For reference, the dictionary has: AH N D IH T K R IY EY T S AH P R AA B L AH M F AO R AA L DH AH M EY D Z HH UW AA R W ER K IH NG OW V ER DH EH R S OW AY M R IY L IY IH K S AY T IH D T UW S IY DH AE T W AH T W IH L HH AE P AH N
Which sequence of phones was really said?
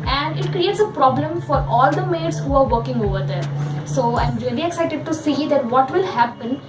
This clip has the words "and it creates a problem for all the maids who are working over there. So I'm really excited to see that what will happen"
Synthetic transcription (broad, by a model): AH N D IH T K R IY EY T S AH P R AA B L AH M F AO R AA L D AH M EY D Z HH UW AA R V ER K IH NG OW V ER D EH R S OW AY M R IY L IY IH K S AY T IH D T UW S IY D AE T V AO T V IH L HH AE P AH N